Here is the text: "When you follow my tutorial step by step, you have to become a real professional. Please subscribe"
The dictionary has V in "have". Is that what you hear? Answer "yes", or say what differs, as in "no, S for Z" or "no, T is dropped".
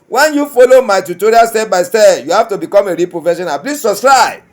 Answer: no, F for V